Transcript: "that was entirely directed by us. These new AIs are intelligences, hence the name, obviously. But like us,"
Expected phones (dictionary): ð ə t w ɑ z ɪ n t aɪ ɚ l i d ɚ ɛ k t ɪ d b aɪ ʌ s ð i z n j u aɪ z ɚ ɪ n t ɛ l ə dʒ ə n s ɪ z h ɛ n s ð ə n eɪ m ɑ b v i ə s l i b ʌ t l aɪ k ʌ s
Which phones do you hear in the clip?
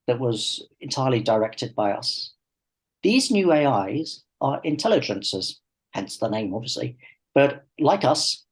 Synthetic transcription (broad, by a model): ð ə t w ɑ z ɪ n t aɪ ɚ l i d ɚ ɛ k t ɪ d b aɪ ʌ s ð i z n j u aɪ z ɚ ɪ n t ɛ l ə dʒ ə n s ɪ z h ɛ n s ð ə n eɪ m ɑ b v i ə s l i b ʌ t l aɪ k ʌ s